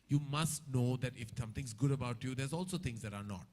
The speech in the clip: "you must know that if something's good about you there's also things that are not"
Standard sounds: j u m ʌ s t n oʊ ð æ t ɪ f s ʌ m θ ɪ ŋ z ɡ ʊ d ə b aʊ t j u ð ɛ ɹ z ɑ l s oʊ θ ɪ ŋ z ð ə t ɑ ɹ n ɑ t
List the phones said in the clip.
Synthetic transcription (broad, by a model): j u m ʌ s t n oʊ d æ t ɪ f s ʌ m t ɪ ŋ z ɡ ʊ d ə b aʊ t j u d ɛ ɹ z ɑ l s oʊ t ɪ ŋ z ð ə t ɑ ɹ n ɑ t